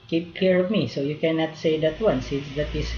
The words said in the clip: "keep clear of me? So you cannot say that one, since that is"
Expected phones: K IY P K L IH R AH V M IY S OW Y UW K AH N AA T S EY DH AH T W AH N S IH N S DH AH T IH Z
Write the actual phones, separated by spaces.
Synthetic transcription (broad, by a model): K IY P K IY R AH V M IY S OW Y UW K AH N AA T S EY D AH T W AH N S IH N S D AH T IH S